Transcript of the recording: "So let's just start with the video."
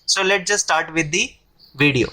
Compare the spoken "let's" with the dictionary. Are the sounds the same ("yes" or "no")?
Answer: no